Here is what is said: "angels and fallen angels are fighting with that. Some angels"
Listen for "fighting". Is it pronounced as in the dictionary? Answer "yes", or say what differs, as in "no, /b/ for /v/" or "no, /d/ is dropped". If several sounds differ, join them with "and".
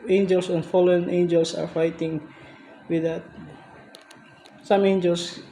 yes